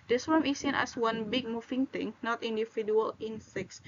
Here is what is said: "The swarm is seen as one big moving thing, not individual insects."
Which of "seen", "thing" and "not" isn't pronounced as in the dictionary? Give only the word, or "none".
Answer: thing